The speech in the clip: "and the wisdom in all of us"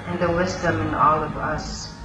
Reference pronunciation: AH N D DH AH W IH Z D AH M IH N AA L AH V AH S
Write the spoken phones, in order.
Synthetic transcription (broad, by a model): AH N DH AH W IH Z D AH M IH N AA L AH V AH S